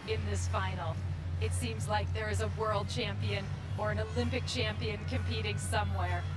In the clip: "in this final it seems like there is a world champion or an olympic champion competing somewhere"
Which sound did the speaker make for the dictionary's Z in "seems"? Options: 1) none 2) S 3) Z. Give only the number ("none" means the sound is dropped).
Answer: 3